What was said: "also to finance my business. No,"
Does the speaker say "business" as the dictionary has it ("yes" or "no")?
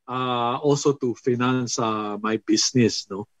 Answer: no